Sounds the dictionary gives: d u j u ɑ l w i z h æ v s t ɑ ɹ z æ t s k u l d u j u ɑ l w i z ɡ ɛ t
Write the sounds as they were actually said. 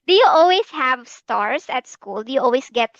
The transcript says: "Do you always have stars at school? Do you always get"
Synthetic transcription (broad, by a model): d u j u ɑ l w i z h æ v s t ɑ ɹ s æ t s k u l d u j u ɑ l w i s ɡ ɛ t